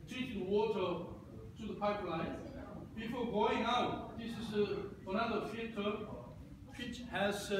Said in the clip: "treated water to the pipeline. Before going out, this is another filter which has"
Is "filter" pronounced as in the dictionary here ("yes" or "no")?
no